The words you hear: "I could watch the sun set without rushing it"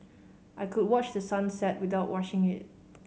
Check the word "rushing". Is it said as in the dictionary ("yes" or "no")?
no